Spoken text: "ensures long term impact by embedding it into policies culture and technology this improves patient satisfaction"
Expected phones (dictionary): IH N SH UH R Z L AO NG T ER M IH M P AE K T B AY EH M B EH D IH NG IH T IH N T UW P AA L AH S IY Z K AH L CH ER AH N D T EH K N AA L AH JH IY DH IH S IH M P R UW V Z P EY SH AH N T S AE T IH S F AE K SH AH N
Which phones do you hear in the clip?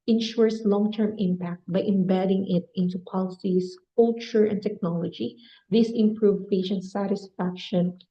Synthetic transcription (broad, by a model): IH N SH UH R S L AO NG T ER M IH M P AE K T B AY EH M B EH D IH NG IH T IH N T UW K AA L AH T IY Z K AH L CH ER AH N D T EH K N AA L AH JH IY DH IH S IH M P R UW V P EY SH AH N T S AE T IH S F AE K SH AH N